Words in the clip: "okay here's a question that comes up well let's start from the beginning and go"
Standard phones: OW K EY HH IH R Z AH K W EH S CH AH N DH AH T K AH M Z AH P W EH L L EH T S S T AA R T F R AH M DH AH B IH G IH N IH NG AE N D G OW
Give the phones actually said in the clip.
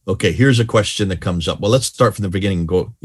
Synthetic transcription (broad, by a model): OW K EY HH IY R Z AH K W EH S CH AH N DH AH T K AH M Z AH P W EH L L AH T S S T AA R T F R AH M DH AH B IH G IH N IH NG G OW